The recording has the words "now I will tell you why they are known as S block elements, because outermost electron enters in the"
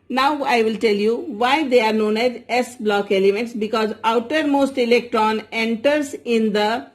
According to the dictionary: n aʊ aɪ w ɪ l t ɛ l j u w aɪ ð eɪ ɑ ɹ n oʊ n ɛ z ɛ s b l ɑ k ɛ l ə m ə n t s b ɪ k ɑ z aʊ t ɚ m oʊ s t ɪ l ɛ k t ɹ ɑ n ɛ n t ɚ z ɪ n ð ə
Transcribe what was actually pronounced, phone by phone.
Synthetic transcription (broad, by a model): n aʊ aɪ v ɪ l t ɛ l j u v aɪ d eɪ ɑ ɹ n oʊ n ɛ z ɛ s b l ɑ k ɛ l ə m ə n t s b ɪ k ɑ z aʊ t ɚ m oʊ s t ɪ l ɛ k t ɹ ɑ n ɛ n t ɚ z ɪ n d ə